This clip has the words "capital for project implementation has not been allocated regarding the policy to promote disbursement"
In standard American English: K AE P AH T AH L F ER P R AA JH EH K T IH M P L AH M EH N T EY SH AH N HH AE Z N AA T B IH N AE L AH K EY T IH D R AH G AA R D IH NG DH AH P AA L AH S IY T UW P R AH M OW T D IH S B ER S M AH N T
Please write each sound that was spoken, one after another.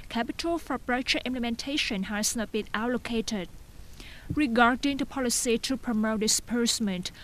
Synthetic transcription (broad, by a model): K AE P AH T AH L F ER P R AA CH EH T IH M P L AH M EH N T EY SH AH N HH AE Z N AA T B IH N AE L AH K EY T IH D R AH G AA R D IH NG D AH P AA L AH S IY T UW P R AH M OW T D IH S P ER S M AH N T